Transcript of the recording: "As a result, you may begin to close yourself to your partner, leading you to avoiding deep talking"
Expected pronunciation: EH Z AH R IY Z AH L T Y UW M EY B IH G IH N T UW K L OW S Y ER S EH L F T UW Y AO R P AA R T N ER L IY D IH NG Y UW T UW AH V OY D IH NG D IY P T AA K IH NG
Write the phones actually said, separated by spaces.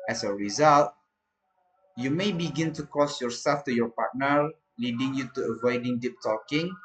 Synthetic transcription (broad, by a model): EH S AH R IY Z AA L T Y UW M EY B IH G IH N T UW K OW S Y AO S EH L F T UW Y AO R P AA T N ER L IY D IH NG Y UW T UW AH V OY D IH NG D IY P T AA K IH NG